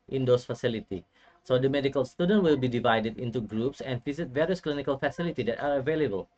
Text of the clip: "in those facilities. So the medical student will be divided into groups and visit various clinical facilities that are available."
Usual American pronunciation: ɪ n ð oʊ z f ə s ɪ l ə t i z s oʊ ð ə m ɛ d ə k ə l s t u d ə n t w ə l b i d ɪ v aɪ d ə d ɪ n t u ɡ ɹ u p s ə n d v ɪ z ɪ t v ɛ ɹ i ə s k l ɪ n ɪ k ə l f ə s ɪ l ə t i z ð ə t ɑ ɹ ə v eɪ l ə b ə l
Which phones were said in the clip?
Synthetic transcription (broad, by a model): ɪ n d oʊ s f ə s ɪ l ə t i s oʊ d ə m ɛ d ə k ə l s t u d ə n t w ə l b i d ɪ v aɪ d ə d ɪ n t u ɡ ɹ u p s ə n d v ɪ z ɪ t v ɛ ɹ i ə s k l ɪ n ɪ k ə l f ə s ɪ l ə t i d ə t ɑ ɹ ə v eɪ l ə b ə l